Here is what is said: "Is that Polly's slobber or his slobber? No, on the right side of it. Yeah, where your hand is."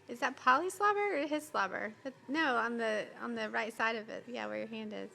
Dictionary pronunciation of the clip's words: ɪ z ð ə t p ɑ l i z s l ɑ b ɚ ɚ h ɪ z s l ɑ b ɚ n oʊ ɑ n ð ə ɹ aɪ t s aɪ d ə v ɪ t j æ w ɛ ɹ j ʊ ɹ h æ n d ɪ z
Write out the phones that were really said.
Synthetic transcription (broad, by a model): ɪ z ð ə t p ɑ l i s l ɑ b ɚ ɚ h ɪ z s l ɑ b ɚ n oʊ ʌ n ð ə ɹ aɪ t s aɪ d ə v ɪ t j æ w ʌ ɹ j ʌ ɹ h æ n d ɪ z